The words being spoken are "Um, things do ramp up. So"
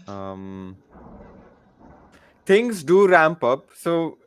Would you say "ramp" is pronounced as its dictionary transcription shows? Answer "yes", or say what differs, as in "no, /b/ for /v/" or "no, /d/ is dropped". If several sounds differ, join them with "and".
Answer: yes